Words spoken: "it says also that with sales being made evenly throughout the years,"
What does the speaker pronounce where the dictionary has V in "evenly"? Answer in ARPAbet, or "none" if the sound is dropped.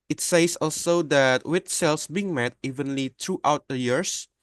V